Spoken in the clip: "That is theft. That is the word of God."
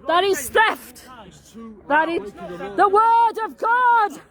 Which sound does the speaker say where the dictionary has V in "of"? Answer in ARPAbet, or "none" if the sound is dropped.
V